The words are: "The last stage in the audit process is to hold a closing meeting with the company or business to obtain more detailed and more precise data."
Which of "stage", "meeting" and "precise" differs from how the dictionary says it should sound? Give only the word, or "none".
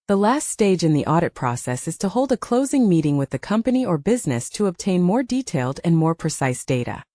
none